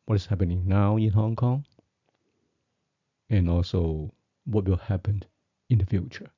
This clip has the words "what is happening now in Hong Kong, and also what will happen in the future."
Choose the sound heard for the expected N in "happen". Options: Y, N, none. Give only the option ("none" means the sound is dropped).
N